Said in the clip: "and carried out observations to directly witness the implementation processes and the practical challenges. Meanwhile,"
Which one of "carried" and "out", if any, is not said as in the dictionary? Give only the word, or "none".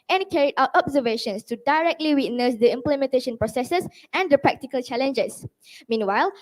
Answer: carried